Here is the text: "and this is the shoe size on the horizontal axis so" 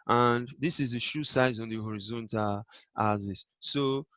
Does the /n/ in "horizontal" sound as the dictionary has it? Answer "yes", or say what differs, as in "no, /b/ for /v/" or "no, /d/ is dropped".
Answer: yes